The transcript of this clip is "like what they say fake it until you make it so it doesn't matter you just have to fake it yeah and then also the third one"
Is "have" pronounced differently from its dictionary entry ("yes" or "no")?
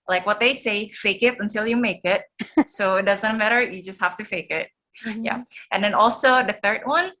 yes